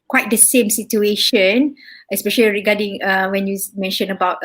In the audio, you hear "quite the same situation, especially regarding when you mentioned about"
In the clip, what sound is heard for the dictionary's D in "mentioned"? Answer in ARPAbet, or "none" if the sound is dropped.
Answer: none